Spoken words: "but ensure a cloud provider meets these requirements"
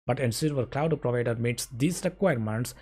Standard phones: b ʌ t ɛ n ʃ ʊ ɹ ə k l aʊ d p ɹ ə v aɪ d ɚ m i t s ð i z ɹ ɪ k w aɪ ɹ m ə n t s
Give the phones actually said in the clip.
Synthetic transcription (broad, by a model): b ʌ t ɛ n s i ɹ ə k l aʊ d p ɹ ə v aɪ d ɚ m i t s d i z ɹ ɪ k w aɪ ɹ m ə n t s